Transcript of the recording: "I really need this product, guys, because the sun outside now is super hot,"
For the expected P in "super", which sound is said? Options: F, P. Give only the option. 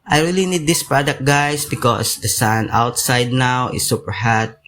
P